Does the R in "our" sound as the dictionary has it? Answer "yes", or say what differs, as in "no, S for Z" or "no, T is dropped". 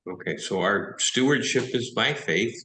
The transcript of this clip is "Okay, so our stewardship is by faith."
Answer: yes